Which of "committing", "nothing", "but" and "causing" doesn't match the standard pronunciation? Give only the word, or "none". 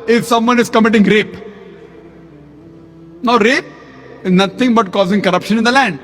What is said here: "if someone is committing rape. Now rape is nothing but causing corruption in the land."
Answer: nothing